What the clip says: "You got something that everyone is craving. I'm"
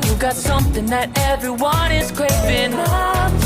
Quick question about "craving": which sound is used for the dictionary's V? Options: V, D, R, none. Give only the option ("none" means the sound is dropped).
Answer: none